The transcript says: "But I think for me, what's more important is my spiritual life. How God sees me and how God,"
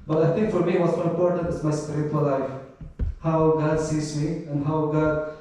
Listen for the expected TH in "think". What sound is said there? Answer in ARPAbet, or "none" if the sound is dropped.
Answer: T